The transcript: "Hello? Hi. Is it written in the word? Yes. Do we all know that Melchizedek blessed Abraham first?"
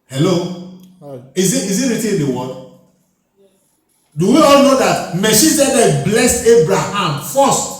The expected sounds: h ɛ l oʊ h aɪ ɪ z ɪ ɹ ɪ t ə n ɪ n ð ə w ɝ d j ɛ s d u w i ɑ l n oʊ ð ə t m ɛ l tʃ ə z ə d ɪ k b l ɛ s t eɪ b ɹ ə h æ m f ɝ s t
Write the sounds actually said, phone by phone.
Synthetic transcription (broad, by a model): h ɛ l oʊ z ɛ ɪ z ɪ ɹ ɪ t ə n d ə w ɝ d d u w i ɑ l n oʊ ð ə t m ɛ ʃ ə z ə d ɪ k b l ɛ s eɪ b ɹ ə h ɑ m f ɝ s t